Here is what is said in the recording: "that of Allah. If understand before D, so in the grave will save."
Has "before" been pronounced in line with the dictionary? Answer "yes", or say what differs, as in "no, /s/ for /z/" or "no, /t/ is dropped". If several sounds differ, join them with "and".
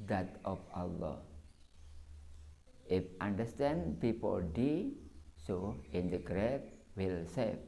no, /p/ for /f/ and /l/ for /ɹ/